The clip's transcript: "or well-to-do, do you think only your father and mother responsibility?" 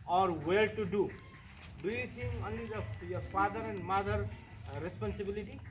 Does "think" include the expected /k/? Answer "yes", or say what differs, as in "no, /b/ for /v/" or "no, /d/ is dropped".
no, /k/ is dropped